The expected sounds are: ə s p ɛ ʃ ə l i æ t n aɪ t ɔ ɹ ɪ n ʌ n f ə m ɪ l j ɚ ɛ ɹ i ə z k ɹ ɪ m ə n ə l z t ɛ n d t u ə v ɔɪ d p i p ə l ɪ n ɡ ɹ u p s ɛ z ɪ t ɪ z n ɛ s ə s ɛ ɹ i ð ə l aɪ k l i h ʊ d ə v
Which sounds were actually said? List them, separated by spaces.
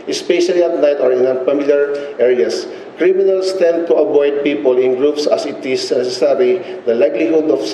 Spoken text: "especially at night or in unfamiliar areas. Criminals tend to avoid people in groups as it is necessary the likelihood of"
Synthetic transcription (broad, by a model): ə s p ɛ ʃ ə l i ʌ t n aɪ t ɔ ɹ ɪ n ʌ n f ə m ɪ l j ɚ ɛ ɹ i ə s k ɹ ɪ m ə n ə l s t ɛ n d t u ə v ɔɪ d p i p ə l ɪ n ɡ ɹ u p s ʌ s ɪ t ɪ s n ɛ s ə s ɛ ɹ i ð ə l aɪ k l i h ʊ d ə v